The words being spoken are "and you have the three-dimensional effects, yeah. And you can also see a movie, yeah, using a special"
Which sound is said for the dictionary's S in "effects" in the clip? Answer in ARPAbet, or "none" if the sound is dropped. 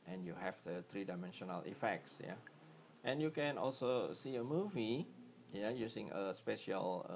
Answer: S